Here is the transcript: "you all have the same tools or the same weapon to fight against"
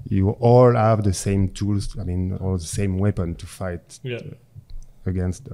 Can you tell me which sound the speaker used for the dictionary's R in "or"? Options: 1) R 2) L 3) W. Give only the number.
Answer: 2